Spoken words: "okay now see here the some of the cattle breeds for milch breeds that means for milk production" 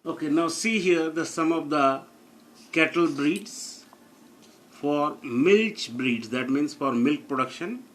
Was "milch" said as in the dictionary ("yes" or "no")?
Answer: yes